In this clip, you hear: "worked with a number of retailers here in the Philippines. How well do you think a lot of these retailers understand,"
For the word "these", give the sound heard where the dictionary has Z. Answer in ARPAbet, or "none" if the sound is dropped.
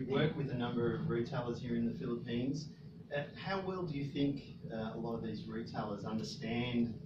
Z